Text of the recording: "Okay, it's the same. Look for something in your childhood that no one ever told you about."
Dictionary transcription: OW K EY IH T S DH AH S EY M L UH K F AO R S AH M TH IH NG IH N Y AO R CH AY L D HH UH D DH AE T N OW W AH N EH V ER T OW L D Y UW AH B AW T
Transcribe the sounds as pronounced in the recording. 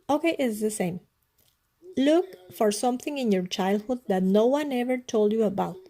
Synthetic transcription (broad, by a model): OW K EY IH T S DH AH S EY M L UH K F AO R S AH M TH IH NG IH N Y AO R CH AY L D HH UH D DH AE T N OW W AH N EH V ER T OW L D Y UW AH B AW T